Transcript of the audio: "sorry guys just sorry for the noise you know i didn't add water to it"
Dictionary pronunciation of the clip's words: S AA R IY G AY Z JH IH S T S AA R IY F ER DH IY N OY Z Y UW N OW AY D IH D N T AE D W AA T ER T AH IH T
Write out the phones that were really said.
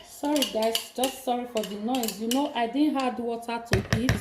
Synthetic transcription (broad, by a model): S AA R IY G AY S JH IH S T S AA R IY F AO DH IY N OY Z Y UW N OW AY D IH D N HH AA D W AA T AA T AH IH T